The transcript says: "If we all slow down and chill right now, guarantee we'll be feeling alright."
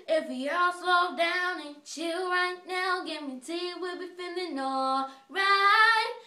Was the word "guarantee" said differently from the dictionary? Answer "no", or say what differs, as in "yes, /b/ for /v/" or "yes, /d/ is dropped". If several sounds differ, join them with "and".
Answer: yes, /n/ is dropped